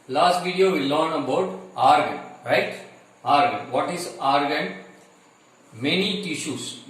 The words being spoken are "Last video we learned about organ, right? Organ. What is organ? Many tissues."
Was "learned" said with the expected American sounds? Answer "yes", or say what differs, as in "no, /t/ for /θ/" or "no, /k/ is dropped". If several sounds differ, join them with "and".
no, /d/ is dropped